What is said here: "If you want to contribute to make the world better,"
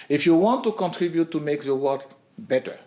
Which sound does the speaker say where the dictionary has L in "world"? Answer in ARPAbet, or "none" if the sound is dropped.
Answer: none